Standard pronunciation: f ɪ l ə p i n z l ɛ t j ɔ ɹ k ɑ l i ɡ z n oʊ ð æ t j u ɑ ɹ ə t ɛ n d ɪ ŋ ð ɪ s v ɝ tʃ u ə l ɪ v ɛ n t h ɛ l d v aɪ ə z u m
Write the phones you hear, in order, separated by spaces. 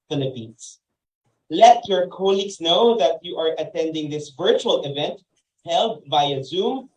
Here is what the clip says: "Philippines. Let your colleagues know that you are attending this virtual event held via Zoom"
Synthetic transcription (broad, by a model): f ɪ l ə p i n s l ɛ t j ɔ ɹ k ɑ l i ɡ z n oʊ ð æ t j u ɑ ɹ ə t ɛ n d ɪ ŋ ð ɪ s v ɝ tʃ u ə l ɪ v ɛ n t h ɛ l d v aɪ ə z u m